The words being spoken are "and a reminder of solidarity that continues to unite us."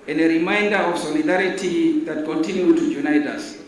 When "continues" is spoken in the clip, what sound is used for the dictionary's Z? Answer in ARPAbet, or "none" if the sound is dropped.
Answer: none